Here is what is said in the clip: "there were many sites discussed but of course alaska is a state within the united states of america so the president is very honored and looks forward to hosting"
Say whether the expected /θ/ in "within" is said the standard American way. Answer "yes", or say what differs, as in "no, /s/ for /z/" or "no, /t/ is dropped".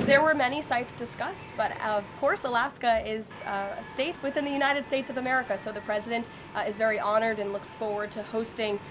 yes